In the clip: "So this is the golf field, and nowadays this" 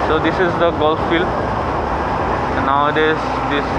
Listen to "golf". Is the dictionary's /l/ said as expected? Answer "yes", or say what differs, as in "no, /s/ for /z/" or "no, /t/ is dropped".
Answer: yes